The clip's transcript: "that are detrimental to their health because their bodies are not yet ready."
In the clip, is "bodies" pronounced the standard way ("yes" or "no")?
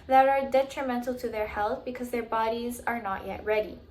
yes